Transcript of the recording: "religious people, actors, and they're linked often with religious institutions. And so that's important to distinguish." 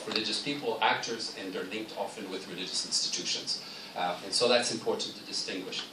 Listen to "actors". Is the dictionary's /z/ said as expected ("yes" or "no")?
yes